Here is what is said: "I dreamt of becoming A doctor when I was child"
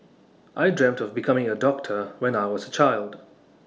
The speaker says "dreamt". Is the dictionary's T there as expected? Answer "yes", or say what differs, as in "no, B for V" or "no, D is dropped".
yes